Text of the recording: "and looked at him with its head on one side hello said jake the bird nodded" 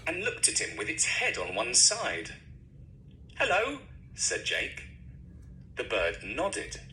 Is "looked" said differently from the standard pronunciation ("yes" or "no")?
no